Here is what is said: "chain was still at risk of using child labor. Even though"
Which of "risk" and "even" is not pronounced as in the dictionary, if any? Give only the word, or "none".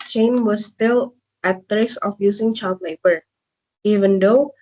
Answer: risk